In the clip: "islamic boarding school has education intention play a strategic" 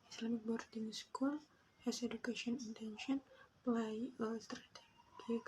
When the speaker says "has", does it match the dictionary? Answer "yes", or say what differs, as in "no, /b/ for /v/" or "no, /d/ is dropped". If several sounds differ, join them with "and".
no, /s/ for /z/